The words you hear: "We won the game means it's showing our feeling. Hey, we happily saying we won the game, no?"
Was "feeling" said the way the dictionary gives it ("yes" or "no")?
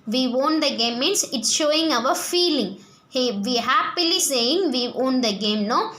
yes